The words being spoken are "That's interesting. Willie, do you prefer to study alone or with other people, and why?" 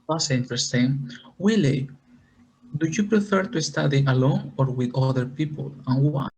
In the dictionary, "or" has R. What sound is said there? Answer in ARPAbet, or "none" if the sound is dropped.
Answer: R